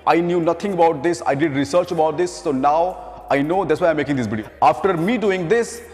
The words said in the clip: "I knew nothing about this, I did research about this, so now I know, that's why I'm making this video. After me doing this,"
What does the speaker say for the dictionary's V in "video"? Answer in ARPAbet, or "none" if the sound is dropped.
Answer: B